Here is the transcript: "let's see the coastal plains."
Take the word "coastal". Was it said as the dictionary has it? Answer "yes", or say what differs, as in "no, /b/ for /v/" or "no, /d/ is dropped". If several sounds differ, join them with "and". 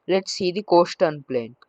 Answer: no, /n/ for /l/